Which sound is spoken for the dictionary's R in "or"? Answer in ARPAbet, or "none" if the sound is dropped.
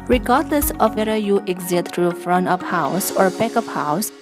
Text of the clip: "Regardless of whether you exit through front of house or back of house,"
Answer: R